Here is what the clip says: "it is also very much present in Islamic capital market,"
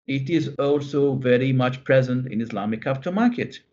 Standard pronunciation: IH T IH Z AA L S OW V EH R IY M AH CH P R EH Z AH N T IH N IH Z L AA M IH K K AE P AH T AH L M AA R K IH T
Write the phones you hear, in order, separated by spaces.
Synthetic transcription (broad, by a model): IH T IH Z AA L S OW V EH R IY M AH CH P R EH Z AH N T IH N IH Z L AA M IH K K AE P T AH M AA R K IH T